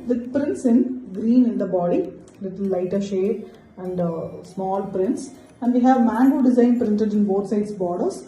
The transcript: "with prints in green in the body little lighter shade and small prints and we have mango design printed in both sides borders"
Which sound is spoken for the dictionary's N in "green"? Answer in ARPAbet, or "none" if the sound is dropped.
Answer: N